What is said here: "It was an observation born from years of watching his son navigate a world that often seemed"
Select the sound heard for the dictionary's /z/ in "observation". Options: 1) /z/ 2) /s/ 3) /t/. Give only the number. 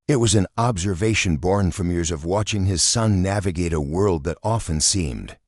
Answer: 1